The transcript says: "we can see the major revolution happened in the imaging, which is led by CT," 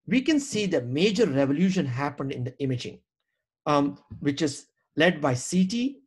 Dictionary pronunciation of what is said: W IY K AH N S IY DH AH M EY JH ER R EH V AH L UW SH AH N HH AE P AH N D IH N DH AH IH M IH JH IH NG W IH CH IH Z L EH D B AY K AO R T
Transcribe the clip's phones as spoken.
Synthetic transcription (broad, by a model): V IY K AH N S IY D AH M EY JH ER R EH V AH L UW SH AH N HH AE P AH N D IH N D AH IH M IH JH IH NG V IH CH IH Z L EH D B AY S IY T